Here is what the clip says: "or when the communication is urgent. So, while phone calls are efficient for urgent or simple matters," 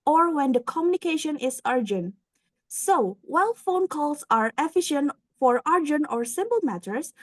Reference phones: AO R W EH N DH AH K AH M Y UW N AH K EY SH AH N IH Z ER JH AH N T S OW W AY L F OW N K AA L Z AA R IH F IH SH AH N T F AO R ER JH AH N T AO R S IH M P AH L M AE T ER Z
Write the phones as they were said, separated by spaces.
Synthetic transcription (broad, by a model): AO R W EH N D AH K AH M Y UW N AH K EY SH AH N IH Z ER JH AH N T S OW W AY L F OW N K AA L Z AA R IH F IH SH AH N T F AO R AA JH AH N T AO R S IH M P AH L M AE T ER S